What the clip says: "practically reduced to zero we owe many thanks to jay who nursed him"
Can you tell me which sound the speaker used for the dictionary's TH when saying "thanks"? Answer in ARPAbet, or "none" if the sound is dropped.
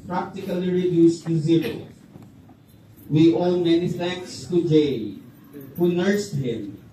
F